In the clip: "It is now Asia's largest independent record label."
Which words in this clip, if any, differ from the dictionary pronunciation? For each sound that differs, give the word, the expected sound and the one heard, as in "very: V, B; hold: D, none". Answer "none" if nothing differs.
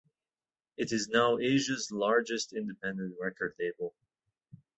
none